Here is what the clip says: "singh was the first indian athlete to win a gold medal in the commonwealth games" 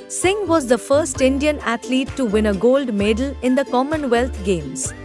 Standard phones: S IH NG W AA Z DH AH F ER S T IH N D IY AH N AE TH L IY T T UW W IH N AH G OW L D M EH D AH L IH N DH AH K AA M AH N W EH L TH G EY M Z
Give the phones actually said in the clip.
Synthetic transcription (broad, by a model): S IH NG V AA Z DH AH F ER S T IH N D IY AH N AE T L IY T T UW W IH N AH G OW L D M EH D AH L IH N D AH K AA M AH N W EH L T G EY M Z